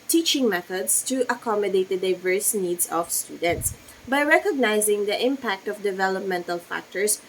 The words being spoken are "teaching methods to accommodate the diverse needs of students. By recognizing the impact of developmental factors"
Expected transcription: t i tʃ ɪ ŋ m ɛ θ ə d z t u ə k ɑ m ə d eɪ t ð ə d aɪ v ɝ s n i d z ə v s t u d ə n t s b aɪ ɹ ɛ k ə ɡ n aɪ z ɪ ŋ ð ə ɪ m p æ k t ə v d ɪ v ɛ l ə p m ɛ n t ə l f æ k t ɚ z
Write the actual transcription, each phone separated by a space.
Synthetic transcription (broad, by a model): t i tʃ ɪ ŋ m ɛ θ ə d s t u ə k ɑ m ə d eɪ t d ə d aɪ v ɝ s n i d s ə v s t u d ə n t s b aɪ ɹ ɛ k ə ɡ n aɪ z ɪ ŋ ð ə ɪ m p æ k t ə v d ɪ v ɛ l ə p m ɛ n t ə l f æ k t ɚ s